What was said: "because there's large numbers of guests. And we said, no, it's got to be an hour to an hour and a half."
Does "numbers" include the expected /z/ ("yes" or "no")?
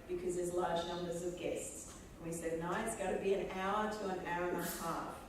yes